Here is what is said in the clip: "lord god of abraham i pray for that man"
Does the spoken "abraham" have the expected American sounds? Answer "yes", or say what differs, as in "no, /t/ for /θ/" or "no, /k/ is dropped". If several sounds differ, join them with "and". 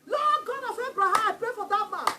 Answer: no, /m/ is dropped